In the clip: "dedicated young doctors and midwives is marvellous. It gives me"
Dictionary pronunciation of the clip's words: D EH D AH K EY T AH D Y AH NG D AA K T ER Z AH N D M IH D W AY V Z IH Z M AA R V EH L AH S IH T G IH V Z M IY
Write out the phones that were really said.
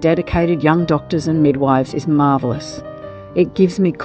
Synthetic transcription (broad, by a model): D EH D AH K EY T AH D Y AH NG D AA K T ER Z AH N M IH D W AY V Z IH Z M AA R V L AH S IH T G IH V Z M IY